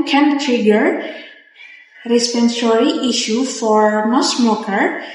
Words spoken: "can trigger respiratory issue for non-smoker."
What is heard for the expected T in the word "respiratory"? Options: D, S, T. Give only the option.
S